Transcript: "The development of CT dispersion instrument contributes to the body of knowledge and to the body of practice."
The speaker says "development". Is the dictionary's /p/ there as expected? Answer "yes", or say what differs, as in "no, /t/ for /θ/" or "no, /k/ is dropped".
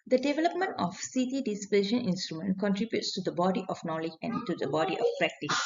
yes